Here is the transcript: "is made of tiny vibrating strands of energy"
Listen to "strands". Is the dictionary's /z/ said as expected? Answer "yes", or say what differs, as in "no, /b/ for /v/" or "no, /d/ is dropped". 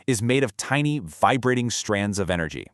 yes